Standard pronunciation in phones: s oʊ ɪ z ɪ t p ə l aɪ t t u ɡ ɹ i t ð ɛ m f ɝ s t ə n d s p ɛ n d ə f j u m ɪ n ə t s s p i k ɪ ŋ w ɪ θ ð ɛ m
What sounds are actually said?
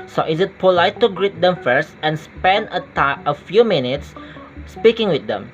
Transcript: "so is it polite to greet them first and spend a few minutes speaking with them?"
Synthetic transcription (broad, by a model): s oʊ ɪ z ɪ t p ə l aɪ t t u ɡ ɹ i t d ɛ m f ɝ s t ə n s p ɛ n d ə f j u m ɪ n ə t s s p i k ɪ ŋ w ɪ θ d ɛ m